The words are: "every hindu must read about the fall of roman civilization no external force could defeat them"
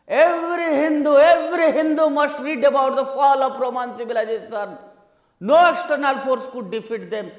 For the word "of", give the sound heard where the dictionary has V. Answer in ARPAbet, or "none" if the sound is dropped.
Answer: P